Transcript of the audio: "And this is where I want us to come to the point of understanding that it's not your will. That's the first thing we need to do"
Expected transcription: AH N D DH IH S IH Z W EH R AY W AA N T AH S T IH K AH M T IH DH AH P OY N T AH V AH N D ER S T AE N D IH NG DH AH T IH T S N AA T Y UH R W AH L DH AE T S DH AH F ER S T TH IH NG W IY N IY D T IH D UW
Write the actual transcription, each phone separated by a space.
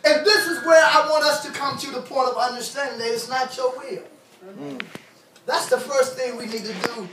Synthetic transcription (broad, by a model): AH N DH IH S IH Z W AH R AY W AA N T AH S T IH K AH M T IH DH AH P OY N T AH V AH N D ER S T AE N D IH NG DH AH T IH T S N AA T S UH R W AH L DH AE T S DH AH F ER S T TH IH NG W IY N IY D T IH D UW